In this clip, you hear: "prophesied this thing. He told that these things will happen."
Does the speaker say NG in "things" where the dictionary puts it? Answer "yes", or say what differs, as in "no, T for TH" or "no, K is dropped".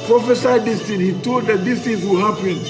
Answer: no, NG is dropped